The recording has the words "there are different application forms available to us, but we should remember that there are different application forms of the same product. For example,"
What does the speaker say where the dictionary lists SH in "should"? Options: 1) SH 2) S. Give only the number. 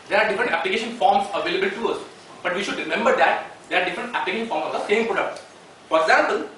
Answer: 1